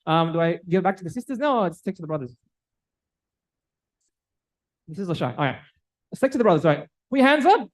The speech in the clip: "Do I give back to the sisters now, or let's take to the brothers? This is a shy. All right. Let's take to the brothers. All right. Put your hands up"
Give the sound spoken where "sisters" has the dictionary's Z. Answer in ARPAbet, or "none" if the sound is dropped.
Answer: Z